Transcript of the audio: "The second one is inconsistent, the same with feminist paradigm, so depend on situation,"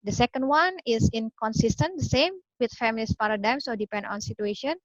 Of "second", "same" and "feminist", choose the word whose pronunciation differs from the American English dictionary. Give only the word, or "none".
feminist